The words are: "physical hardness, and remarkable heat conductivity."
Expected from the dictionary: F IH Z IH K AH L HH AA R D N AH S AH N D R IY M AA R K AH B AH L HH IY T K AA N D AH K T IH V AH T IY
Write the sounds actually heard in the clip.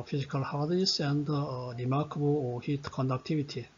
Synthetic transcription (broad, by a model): F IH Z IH K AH L HH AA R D AH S AH N D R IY M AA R K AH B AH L HH IY T K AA N D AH K T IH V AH T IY